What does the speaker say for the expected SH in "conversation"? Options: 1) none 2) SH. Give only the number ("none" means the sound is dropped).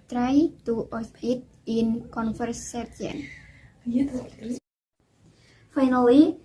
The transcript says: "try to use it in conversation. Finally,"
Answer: 1